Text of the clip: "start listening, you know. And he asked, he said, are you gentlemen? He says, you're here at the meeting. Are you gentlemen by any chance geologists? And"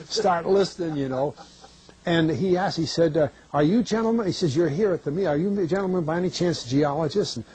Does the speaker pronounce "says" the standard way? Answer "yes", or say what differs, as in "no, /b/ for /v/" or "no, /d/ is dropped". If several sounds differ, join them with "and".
yes